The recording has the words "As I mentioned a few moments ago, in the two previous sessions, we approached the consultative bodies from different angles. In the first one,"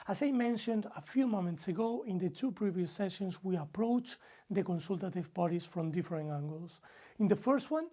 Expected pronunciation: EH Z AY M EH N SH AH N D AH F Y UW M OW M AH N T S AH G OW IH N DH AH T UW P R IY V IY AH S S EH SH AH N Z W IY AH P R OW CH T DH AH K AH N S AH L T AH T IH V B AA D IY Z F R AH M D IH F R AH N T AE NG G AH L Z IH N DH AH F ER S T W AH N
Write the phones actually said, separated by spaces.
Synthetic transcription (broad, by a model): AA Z AY M EH N SH AH N D AH F Y UW M OW M AH N T S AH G OW IH N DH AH T UW P R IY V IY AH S S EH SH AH N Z W IY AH P R OW CH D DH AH K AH N S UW L T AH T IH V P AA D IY S F R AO M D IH F R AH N AE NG G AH L S IH N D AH F ER S T W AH N